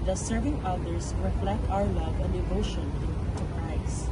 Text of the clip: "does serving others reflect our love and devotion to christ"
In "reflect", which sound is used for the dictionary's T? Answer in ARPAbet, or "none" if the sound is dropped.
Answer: T